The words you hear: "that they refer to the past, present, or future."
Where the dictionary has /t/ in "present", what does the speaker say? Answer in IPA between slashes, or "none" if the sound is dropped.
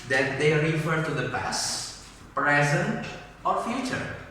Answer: /t/